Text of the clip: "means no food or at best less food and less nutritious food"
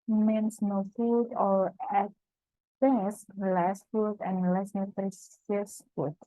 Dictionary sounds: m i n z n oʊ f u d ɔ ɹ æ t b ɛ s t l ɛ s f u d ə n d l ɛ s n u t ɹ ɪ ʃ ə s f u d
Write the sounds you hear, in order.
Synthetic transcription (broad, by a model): m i n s n oʊ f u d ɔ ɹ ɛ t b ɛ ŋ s l ɛ s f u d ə n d l ɛ s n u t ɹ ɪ s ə s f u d